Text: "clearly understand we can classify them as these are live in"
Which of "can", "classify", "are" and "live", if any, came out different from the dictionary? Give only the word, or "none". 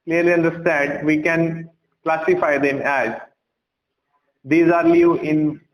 live